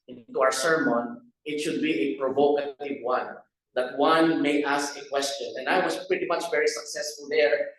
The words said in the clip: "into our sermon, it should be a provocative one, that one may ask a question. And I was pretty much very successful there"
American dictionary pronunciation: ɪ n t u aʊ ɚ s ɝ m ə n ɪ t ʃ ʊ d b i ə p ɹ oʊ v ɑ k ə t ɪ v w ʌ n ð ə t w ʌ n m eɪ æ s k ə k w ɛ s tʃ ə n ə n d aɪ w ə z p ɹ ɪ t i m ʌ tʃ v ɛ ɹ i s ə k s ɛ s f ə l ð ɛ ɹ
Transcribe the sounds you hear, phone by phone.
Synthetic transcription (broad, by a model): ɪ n t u aʊ ɚ s ɝ m ə n ɪ t ʃ ʊ d b i ə p ɹ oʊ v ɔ k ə t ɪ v w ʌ n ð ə t w ʌ n m eɪ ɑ s k ə k w ɛ s tʃ ə n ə n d aɪ w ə s p ɹ ɪ t i m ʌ tʃ v ɛ ɹ i s ə k s ɛ s f ə l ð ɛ ɹ